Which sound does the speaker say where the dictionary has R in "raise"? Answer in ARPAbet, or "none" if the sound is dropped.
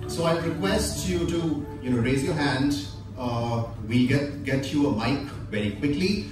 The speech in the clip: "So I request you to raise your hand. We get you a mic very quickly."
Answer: R